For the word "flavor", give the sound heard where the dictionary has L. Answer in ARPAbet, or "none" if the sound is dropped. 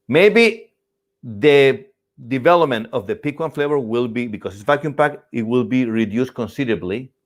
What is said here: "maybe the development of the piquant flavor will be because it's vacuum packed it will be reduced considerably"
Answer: L